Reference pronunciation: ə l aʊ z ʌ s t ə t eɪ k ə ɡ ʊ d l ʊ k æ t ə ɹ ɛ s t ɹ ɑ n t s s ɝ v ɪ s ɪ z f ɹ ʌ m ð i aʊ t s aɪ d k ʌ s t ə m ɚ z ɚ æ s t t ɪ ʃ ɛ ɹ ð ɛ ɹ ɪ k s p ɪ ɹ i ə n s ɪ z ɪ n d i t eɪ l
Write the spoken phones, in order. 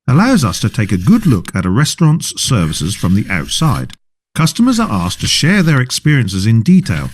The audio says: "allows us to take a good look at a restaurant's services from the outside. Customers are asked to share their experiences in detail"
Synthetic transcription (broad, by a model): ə l aʊ z ʌ s t ə t eɪ k ə ɡ ʊ d l ʊ k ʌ t ə ɹ ɛ s t ɹ ɑ n t s s ɝ v ɪ s ɪ z f ɹ ʌ m ð i aʊ t s aɪ d k ʌ s t ə m ɚ z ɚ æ s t t ɪ ʃ ɛ ɹ ð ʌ ɹ ɪ k s p ɪ ɹ i ə n s ɪ z ɪ n d i t eɪ l